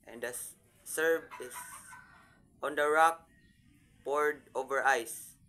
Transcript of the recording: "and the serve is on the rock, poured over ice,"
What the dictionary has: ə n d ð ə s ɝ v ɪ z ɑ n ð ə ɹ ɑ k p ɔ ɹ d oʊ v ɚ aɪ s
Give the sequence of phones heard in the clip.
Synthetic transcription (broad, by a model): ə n d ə s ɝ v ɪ s ɑ n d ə ɹ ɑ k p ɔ ɹ d oʊ v ɚ aɪ s